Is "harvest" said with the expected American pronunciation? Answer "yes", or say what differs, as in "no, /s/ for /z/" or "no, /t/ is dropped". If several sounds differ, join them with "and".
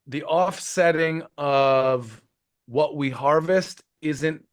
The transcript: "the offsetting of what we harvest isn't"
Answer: yes